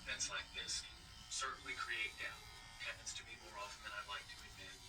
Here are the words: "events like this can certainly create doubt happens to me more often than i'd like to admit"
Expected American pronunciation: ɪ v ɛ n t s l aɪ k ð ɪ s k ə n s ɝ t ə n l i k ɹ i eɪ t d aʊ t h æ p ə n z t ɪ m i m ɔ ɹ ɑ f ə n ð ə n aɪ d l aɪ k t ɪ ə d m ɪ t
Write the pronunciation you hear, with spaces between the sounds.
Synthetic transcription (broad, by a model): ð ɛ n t s l aɪ k ð ɪ s s ɝ t n l i k ɹ i eɪ t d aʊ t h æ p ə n s t ɪ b i m ɔ ɹ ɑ f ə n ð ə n aɪ d l aɪ k t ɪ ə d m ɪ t